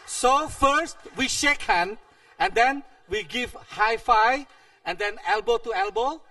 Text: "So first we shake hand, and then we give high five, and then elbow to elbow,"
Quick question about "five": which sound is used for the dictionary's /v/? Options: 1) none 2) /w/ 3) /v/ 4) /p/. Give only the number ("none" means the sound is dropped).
1